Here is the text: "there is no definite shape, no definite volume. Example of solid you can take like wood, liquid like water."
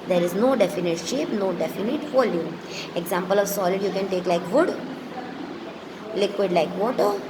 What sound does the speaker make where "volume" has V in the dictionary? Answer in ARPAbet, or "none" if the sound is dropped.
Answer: F